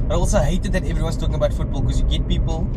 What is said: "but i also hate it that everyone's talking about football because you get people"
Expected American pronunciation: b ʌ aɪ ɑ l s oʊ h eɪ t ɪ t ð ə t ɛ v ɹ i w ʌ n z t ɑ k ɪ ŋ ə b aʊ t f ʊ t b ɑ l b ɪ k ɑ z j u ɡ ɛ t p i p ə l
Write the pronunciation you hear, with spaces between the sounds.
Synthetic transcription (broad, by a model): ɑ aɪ ɑ l s oʊ h eɪ t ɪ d ð ə t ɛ v ɹ i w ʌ n s t ɑ k ɪ ŋ ə b aʊ t f ʊ t b ɑ l k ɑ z j u ɡ ɛ t p i p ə l